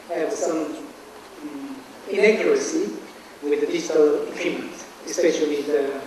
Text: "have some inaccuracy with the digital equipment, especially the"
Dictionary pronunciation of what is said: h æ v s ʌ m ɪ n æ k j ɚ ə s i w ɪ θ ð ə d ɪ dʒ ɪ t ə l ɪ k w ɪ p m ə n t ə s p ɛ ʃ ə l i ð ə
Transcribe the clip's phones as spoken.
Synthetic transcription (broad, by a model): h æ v s ʌ m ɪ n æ k j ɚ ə s i w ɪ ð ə d ɪ dʒ ɪ t ə l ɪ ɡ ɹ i m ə n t ə s p ɛ ʃ ə l i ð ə